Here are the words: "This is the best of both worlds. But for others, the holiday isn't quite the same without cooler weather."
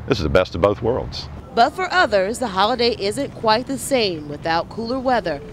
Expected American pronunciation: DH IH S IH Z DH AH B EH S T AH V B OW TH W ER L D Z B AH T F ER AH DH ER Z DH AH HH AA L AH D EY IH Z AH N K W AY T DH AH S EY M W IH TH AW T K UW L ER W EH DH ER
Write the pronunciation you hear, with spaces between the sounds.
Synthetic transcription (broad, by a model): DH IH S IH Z DH AH B EH S T AH V B OW TH W ER L D Z B AH T F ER AH DH ER Z DH AH HH AA L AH D EY IH Z AH N K W AY T DH AH S EY M W IH TH AW T K UW L ER W EH DH ER